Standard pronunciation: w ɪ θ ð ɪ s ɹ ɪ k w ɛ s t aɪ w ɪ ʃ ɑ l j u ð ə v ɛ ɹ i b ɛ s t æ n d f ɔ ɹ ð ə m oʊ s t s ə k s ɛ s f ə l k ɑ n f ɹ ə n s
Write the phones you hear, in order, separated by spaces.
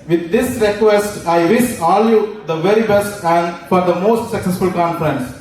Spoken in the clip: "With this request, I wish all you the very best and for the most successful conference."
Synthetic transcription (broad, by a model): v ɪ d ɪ s ɹ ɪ k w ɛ s t aɪ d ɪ s ɑ l j u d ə v ɛ ɹ i b ɛ s t æ n d f ɔ ɹ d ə m oʊ s t s ə k s ɛ s f ə l k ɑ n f ɹ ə n s